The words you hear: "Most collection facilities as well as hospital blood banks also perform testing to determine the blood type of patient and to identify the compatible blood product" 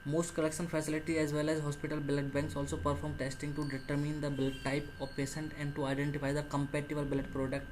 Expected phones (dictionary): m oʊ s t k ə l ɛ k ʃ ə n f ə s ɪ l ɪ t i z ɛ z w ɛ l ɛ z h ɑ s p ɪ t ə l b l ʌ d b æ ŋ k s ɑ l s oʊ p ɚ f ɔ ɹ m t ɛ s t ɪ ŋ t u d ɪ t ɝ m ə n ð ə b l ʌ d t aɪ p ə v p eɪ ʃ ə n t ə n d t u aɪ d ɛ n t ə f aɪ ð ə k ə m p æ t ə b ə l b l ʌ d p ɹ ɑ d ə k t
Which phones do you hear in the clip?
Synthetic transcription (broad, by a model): m oʊ s t k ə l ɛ k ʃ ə n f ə s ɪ l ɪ t i ɛ z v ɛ l ɛ z h ɑ s p ɪ t ə l b l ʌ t b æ ŋ k s ɑ l s oʊ p ɚ f ɔ ɹ m t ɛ s t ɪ ŋ t u d ɪ t ɝ m ə n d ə b l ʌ t aɪ p ə v p eɪ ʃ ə n t ə n d t u aɪ d ɛ n t ə f aɪ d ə k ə m p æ t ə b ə l b l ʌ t p ɹ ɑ d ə k t